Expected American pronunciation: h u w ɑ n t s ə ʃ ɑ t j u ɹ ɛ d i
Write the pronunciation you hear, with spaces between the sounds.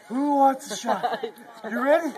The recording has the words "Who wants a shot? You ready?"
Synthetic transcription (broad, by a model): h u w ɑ t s ə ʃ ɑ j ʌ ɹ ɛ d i